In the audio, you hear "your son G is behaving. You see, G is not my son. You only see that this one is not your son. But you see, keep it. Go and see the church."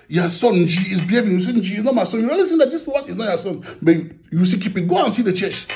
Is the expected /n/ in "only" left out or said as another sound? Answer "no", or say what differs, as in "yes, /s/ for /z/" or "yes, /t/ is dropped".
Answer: yes, /n/ is dropped